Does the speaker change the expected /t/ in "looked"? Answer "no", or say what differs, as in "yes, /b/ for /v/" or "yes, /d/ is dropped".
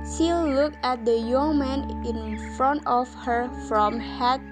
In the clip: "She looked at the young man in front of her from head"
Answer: yes, /t/ is dropped